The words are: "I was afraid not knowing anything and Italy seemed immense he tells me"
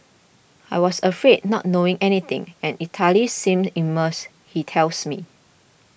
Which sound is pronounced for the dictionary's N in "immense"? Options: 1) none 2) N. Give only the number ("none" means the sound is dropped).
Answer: 1